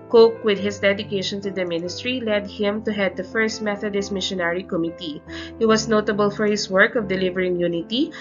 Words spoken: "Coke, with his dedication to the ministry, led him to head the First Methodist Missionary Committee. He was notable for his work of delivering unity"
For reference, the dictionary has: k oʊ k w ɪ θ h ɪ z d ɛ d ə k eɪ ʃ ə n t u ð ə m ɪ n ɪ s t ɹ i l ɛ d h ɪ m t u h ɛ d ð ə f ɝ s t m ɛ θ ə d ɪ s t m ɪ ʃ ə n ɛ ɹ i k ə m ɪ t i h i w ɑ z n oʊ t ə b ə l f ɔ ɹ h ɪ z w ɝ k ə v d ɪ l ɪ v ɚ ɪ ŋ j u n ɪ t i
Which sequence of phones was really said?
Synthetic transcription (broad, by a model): k oʊ k w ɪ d h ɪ s d ɛ d ə k eɪ ʃ ə n t u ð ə m ɪ n ɪ s t ɹ i l ɛ d h ɪ m t u h ɛ d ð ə f ɝ s t m ɛ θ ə d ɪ s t m ɪ ʃ ə n ɛ ɹ i k ə m ɪ t i h i w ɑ s n oʊ t ə b ə l f ɔ ɹ h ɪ s w ɝ k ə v d ɪ l ɪ v ɚ ɪ ŋ j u n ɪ t i